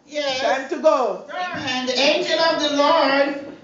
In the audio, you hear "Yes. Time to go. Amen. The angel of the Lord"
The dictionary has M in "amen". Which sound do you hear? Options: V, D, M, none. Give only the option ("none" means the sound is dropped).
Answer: none